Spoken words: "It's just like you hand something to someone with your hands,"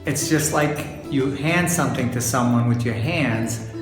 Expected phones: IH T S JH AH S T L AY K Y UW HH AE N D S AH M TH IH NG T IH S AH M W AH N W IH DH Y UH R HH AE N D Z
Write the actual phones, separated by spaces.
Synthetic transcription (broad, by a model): IH T S JH AH S T L AY K Y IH HH AE N D S AH M TH IH NG T IH S AH M W AH N W IH DH Y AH R HH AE N D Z